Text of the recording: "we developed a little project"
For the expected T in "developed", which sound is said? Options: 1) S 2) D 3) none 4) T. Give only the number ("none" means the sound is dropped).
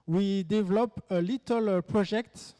3